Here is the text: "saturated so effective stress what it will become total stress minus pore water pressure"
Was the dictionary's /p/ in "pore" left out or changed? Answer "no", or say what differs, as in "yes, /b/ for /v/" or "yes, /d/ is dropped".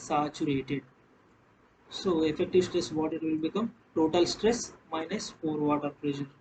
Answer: yes, /f/ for /p/